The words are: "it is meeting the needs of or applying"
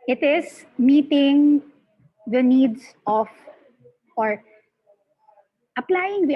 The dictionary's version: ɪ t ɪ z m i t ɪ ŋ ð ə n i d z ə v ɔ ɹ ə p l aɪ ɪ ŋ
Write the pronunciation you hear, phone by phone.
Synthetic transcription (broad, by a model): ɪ t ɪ s m i t ɪ ŋ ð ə n i d s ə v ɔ ɹ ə p l aɪ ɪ ŋ